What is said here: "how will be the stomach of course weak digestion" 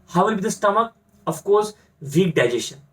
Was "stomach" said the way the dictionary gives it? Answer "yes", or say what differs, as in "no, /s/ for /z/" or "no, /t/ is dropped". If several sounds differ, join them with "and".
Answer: yes